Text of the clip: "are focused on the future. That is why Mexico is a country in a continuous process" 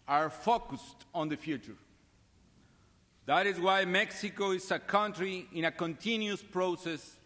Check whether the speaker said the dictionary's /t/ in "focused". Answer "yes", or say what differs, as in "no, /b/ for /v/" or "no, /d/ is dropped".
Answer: yes